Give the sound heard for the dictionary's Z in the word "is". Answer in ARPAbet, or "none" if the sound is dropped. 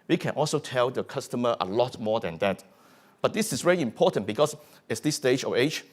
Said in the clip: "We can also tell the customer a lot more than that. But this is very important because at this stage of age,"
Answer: S